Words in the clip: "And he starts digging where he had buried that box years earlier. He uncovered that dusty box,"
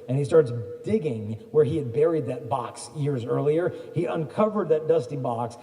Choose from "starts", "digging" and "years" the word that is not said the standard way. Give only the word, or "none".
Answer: none